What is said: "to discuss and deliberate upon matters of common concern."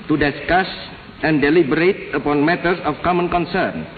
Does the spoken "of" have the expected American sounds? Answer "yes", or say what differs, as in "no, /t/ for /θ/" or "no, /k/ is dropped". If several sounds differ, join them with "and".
no, /f/ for /v/